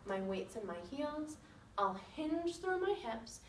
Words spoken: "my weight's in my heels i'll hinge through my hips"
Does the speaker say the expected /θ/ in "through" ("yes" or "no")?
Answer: yes